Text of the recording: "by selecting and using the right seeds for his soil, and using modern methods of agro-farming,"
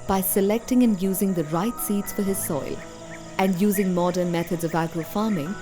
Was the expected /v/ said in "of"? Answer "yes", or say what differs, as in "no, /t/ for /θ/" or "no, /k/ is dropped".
yes